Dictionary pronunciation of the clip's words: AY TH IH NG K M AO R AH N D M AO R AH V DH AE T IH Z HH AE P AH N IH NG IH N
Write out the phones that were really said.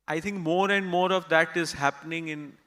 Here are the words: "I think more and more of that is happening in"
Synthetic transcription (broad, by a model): AY T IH NG K M AO R AH N D M AO R AH V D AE T IH Z HH AE P AH N IH NG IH N